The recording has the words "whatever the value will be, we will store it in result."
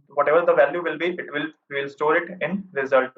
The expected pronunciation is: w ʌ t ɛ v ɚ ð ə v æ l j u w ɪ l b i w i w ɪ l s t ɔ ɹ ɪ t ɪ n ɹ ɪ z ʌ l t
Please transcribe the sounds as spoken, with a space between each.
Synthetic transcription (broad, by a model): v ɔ t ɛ v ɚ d ə v æ l j u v ɪ l b i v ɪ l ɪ l s t ɔ ɹ ɪ t ɪ n ɹ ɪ z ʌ l t